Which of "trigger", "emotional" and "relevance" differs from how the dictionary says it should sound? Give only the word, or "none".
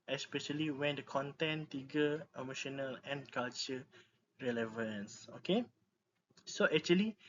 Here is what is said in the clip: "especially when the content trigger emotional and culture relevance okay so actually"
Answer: trigger